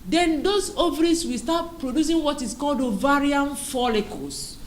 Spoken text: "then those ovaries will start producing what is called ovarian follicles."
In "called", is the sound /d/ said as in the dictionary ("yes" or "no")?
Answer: yes